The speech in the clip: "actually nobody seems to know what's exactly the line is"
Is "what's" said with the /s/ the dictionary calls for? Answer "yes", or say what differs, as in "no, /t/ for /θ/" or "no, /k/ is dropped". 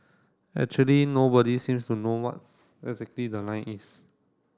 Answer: no, /s/ is dropped